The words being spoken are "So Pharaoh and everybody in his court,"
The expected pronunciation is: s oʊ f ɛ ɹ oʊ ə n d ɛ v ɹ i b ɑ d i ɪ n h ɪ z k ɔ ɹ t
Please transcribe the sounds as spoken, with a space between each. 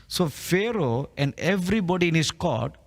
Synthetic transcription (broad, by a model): s oʊ f ɛ ɹ oʊ ə n d ɛ v ɹ i b ɑ d i ɪ n h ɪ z k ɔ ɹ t